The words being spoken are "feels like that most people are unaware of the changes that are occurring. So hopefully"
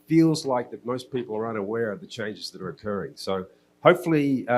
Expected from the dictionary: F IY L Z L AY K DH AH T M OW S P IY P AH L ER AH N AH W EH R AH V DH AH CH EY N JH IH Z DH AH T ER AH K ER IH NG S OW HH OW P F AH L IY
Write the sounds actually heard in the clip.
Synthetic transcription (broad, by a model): F IY L Z L AY K DH AH T M OW S P IY P L ER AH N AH W EH R AH V DH AH CH EY N JH IH Z DH AH T ER AH K ER IH NG S OW HH OW P F L IY